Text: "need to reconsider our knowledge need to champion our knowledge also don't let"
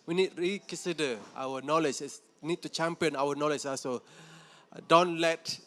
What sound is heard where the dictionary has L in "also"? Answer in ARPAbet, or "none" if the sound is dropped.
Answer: none